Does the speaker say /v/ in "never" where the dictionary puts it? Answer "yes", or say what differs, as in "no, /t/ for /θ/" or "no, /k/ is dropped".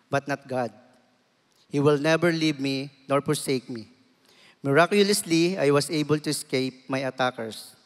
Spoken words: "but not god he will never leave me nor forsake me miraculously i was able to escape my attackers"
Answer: no, /b/ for /v/